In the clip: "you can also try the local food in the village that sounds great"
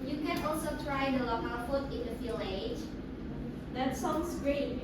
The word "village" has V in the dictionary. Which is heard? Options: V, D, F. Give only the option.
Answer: F